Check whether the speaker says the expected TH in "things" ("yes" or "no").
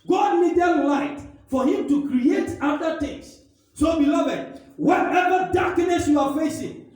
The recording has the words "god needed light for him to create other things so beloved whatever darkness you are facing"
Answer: no